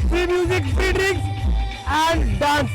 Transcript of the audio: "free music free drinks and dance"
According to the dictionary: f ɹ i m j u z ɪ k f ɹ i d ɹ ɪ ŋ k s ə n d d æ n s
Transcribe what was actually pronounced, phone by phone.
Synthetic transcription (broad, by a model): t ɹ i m j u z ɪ k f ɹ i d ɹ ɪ k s ə n d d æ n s